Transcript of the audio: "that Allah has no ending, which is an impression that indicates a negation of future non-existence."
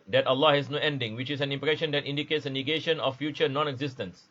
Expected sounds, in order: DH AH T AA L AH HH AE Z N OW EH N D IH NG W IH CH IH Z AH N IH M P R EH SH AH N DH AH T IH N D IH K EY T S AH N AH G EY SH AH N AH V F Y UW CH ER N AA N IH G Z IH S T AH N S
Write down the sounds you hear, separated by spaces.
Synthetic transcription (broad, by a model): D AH T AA L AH HH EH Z N OW EH N D IH NG W IH CH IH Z AH N IH M P R EH SH AH N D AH T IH N D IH K EY T S AH N AH G EY SH AH N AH F F Y UW CH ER N AA N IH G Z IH S T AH N S